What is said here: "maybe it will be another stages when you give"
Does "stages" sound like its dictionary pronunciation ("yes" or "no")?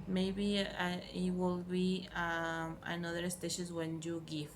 no